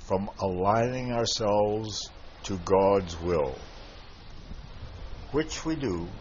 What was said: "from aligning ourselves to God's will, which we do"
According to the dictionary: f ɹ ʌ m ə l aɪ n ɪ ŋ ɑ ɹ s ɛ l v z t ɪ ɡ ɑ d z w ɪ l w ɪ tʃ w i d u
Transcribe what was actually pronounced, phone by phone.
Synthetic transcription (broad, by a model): f ɹ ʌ m ə l aɪ n ɪ ŋ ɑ ɹ s ɛ l v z t ɪ ɡ ɑ d z w ɪ l w ɪ tʃ w i d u